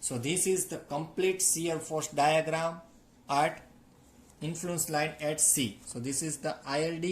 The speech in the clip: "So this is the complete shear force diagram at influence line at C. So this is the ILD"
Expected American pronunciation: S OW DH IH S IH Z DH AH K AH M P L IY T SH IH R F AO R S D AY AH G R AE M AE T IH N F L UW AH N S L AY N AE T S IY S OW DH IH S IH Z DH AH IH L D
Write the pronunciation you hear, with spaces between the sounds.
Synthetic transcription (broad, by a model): S OW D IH S IH Z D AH K AH M P L IY T S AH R F AO R S D AY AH G R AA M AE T IH N F L UW AH N S L AY N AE T S IY S OW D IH S IH Z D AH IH L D